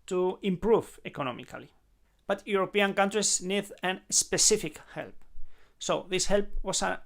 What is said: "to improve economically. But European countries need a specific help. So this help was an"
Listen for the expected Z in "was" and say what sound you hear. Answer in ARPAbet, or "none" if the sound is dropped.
S